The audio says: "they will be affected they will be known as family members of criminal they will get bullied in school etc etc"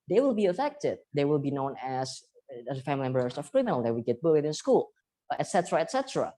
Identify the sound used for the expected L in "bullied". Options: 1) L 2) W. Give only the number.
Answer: 2